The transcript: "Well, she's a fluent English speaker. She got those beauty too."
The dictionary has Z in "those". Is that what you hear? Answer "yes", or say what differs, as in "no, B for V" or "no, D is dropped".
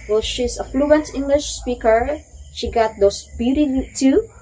no, S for Z